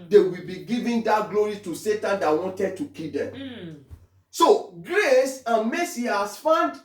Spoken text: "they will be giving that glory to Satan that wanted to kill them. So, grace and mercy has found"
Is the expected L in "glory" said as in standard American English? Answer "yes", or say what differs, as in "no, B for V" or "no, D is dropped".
yes